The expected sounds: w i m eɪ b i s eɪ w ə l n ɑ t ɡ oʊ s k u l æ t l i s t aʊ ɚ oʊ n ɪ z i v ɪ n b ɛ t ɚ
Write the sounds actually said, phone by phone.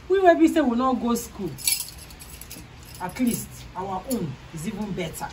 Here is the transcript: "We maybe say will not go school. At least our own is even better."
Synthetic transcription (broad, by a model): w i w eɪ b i s eɪ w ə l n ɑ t ɡ oʊ s k u l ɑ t l i s t aʊ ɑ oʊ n ɪ z i v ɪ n b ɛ t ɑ